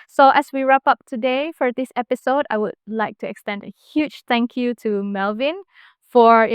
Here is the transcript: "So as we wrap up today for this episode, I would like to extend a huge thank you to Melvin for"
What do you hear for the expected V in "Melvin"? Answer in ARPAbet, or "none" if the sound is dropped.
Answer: V